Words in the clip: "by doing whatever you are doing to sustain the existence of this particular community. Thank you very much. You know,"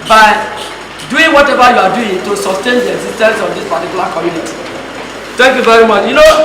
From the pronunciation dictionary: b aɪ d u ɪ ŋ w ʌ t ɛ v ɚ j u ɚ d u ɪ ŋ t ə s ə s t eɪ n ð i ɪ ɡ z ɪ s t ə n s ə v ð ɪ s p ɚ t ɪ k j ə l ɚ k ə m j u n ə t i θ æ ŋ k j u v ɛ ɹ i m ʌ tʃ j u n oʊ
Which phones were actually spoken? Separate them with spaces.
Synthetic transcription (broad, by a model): b aɪ d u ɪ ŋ w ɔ t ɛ v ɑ j u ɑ d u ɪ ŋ t ə s ə s t eɪ n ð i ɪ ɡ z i s t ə n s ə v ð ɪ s p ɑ t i k j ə l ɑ k ə m j u n ə t i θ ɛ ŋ k j u v ɛ ɹ i m ʌ tʃ j u n oʊ